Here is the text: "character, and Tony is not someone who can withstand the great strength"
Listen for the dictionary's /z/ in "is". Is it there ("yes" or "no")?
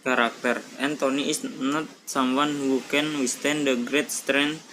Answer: no